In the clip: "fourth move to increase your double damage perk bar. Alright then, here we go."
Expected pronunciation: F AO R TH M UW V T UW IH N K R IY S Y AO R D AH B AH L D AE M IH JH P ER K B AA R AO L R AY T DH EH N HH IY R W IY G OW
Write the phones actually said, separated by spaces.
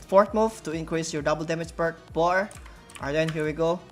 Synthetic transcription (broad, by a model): F AO R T M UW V T UW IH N K R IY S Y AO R D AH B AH L D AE M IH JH B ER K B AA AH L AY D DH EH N HH IY R W IY G OW